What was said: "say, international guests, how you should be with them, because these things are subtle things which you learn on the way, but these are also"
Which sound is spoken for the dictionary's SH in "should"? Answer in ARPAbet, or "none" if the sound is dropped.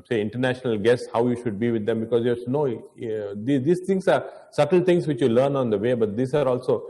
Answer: SH